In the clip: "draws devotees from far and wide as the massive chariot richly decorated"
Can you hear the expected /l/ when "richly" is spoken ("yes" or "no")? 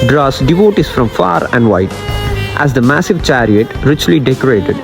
yes